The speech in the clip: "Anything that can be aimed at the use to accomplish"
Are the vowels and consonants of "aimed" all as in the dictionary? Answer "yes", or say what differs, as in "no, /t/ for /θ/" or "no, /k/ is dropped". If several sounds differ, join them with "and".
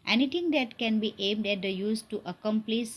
yes